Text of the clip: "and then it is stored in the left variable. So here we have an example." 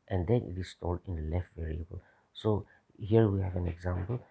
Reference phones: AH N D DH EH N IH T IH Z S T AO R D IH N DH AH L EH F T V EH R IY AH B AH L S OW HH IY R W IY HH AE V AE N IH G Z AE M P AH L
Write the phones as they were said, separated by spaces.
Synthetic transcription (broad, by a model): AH N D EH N IH T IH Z S T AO L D IH N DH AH L EH F T V EH R IY AH B AH L S OW HH IY R W IY HH AE V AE N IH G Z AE M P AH L